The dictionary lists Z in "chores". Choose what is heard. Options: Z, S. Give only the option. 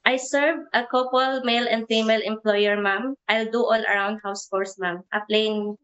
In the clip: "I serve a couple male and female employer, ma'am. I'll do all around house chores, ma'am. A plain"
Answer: S